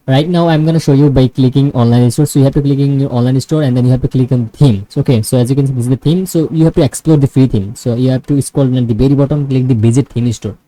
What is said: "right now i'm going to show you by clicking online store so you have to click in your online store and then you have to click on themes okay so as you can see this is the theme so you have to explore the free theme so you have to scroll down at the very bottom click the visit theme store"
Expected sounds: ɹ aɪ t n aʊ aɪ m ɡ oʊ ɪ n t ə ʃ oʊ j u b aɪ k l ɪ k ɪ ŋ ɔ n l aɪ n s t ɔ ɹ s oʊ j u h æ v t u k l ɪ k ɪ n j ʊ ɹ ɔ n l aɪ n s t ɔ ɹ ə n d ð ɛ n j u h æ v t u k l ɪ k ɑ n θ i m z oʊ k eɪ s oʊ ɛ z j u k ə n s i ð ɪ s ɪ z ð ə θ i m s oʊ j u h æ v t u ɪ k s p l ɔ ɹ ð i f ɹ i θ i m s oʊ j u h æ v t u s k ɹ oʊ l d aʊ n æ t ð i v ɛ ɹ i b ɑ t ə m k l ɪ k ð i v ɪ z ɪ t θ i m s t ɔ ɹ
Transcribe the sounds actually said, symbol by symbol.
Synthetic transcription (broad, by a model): ɹ aɪ t n aʊ aɪ m ɡ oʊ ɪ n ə ʃ oʊ j u b aɪ k l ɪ k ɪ ŋ ɔ n l aɪ n s t ɔ ɹ s oʊ j u h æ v t u k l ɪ k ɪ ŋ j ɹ ɔ n l aɪ n s t ɔ ɹ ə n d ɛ n j u h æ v t u k l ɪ k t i m oʊ k eɪ s oʊ ɛ z j u k ə n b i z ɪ ɪ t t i m s oʊ j u h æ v t u ɪ k s p l ɔ ɹ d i f ɹ i t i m s oʊ j u h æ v t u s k oʊ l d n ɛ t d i b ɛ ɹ i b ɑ t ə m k l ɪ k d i b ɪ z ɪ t t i m s t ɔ ɹ